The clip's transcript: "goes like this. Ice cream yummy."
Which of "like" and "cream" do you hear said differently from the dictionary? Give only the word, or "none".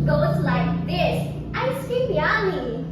cream